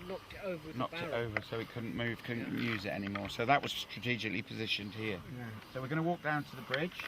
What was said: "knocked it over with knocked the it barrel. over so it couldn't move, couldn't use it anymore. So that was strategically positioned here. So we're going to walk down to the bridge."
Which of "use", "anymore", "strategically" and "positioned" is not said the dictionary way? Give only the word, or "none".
none